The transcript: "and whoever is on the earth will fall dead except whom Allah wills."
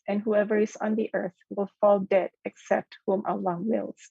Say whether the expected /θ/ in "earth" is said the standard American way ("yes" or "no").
yes